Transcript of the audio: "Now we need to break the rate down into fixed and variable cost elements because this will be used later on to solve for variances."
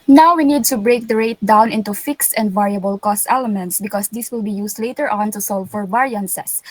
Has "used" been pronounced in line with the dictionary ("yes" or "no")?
no